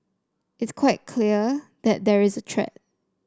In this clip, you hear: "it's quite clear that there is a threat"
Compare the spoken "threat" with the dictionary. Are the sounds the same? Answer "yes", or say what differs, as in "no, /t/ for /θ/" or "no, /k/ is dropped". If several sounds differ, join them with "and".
no, /t/ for /θ/